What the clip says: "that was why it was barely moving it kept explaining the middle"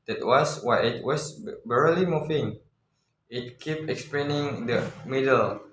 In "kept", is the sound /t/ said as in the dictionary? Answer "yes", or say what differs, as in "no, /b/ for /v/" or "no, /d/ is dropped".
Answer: no, /t/ is dropped